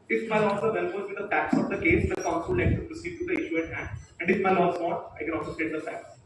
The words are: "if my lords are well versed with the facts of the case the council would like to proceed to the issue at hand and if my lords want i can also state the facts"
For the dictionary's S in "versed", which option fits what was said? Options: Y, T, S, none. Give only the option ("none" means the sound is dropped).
none